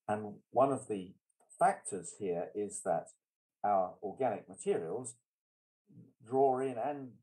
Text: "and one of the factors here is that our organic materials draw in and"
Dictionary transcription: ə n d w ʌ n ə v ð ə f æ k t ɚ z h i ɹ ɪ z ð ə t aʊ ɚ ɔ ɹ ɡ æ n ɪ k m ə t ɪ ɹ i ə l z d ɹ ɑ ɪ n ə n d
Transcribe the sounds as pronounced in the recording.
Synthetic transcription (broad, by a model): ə n w ʌ n ə v ð ə f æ k t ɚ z h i ɹ ɪ z ð ə t aʊ ɚ ɔ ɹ ɡ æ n ɪ k m ə t ɪ ɹ i ə l z d ɹ ɑ ɪ n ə n